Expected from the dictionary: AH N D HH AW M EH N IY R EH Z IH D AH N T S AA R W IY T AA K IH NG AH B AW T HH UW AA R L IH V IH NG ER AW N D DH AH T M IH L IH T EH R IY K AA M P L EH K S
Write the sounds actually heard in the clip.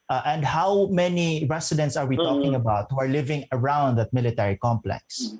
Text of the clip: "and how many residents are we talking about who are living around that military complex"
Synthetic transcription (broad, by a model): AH N D HH AW M EH N IY R EH S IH D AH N T S AA R W IY T AA K IH NG AH B AW T HH UW AA R L IH V IH NG ER AW N D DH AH T M IH L IH T EH R IY K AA M P L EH K S